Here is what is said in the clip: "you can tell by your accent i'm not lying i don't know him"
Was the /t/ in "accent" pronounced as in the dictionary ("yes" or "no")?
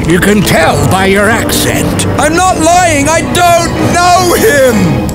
yes